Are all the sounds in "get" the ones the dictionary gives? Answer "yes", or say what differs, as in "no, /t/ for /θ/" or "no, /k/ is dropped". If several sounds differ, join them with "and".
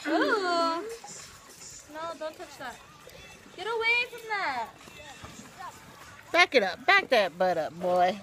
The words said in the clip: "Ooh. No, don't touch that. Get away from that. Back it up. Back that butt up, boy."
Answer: yes